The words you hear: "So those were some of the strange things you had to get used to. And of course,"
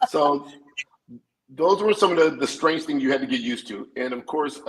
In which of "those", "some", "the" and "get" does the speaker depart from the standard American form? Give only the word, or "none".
none